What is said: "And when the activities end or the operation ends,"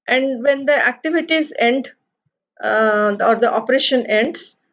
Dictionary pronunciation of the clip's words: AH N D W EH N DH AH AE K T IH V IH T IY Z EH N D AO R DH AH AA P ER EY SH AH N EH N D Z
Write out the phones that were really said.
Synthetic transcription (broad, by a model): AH N D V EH N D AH AE K T IH V IH T IY Z EH N D AO R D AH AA P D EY SH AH N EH N D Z